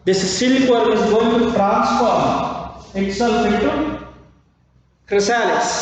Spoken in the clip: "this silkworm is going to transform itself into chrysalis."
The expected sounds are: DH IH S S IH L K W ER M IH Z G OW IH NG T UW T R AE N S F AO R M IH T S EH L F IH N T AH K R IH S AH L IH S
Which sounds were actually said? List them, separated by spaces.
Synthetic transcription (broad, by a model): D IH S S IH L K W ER IH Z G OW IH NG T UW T R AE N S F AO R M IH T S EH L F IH T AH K R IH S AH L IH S